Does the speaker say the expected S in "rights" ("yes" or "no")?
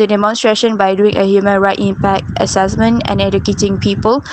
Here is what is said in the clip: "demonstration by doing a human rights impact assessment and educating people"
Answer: no